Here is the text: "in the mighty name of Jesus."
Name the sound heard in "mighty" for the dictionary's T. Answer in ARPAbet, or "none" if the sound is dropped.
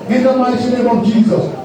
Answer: S